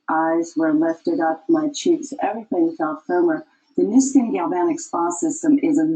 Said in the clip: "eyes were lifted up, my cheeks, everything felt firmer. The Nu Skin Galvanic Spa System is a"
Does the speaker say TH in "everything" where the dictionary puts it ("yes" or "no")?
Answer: yes